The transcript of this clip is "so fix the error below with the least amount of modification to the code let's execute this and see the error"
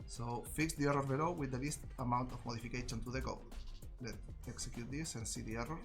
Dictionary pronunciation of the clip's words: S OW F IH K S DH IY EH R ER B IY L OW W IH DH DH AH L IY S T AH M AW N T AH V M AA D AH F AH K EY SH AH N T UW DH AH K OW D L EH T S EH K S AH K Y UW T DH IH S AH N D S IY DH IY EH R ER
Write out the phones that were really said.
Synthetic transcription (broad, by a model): S OW F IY K S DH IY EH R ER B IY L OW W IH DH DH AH L IY S T AH M AW N T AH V M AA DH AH F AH K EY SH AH N T UW DH AH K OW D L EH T EH K S AH K Y UW T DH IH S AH N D S IY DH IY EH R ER